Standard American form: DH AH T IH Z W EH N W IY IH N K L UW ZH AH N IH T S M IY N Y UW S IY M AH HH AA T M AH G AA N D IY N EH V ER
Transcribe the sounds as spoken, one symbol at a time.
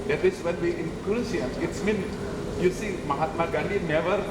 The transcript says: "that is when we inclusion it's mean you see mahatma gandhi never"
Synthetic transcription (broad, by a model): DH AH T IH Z W EH N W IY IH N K UW S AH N IH T S M IY N Y UW S IY M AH HH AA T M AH G AA N D IY N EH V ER